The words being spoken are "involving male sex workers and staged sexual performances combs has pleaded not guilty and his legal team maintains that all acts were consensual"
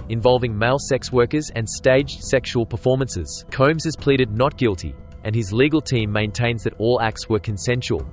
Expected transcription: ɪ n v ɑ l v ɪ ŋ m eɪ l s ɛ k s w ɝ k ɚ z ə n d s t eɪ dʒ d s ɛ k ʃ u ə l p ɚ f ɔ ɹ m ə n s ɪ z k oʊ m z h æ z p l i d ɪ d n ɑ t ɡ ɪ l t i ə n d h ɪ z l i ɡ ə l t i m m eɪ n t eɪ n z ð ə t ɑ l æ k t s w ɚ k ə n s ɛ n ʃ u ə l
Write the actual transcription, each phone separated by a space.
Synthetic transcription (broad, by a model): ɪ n v ɑ l v ɪ ŋ m eɪ l s ɛ k s w ɝ k ɚ z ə n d s t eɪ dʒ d s ɛ k ʃ u ə l p ɚ f ɔ ɹ m ə n s ɪ z k oʊ m z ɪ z p l i d ɪ d n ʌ t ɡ ɪ l t i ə n ɪ z l i ɡ ə l t i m m eɪ n t eɪ n z ð ə t ɑ l æ k t s w ɚ k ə n s ɛ n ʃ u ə l